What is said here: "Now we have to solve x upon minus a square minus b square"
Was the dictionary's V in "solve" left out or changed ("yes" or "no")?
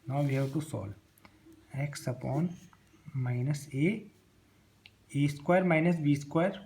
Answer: yes